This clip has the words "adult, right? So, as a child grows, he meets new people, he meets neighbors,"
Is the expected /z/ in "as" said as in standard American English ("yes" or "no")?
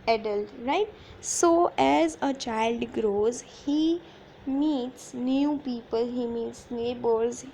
yes